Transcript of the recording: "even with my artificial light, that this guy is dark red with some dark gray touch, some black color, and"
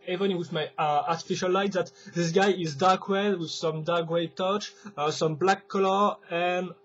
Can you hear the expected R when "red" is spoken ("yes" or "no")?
no